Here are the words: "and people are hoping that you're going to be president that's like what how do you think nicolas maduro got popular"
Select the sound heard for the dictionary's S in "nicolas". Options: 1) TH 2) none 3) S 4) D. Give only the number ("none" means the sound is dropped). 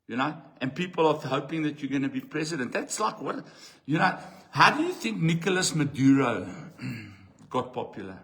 3